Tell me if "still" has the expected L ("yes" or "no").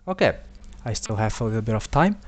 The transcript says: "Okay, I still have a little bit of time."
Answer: yes